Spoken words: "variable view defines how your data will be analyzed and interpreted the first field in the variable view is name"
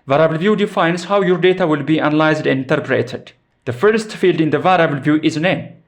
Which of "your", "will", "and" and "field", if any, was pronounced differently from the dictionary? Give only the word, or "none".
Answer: none